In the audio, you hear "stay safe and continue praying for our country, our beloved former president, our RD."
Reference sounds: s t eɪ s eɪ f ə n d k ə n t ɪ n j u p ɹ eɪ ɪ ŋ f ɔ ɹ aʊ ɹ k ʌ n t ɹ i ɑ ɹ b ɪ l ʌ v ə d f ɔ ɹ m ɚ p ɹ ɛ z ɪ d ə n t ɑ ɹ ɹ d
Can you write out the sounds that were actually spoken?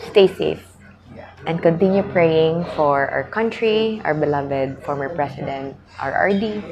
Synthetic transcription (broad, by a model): s t eɪ s eɪ f ə n d k ə n t ɪ n j u p ɹ eɪ ɪ ŋ f ɔ ɹ aʊ ɹ k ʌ n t ɹ i ɑ ɹ b ɪ l ʌ v ə d f ɔ ɹ m ɚ p ɹ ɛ s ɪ d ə n t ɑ ɹ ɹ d